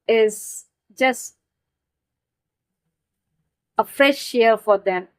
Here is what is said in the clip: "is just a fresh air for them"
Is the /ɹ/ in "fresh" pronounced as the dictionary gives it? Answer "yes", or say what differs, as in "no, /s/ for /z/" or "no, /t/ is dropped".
no, /ɹ/ is dropped